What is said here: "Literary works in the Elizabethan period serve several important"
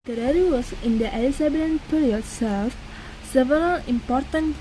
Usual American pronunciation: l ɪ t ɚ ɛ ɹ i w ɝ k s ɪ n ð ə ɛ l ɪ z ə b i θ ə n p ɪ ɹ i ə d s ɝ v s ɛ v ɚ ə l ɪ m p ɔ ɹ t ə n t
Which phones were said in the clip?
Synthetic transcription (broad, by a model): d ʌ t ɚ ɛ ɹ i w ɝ s ɪ n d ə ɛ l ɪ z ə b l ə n p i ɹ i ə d s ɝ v s ɛ v ɚ ə l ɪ m p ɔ ɹ t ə n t